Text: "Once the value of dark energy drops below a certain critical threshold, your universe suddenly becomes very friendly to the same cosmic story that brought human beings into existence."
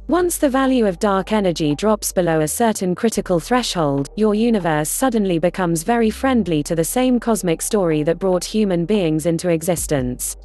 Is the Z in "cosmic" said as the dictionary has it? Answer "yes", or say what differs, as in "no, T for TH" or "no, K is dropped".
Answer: yes